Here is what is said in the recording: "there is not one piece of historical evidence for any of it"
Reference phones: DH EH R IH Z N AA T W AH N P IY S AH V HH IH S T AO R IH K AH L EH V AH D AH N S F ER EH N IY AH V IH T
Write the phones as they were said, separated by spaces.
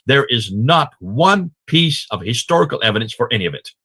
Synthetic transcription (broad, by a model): DH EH R IH Z N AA T W AH N P IY S AH V HH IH S T AO R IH K L EH V AH D AH N S F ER EH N IY AH V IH T